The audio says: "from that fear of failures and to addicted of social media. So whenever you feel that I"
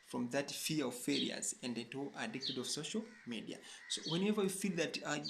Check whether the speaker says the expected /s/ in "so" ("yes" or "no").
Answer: yes